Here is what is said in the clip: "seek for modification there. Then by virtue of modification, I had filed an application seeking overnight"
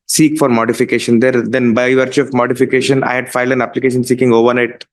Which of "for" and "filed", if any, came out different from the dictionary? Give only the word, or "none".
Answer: none